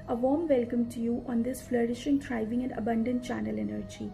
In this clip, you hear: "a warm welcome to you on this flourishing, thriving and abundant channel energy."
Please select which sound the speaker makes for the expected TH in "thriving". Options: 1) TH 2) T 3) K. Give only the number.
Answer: 2